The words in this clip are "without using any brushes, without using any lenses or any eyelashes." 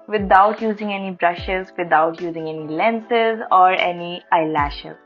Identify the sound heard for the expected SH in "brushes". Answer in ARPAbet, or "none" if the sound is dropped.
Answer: SH